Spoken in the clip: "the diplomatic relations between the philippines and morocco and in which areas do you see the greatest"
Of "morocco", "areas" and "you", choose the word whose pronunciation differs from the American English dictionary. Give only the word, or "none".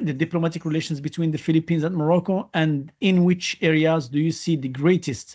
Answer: none